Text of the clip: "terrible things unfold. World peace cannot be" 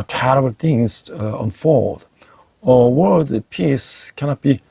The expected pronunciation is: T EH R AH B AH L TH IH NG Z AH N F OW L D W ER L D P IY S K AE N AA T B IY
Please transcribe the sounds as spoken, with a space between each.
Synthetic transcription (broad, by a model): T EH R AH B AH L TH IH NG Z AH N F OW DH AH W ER D P IY S K AE N AA T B IY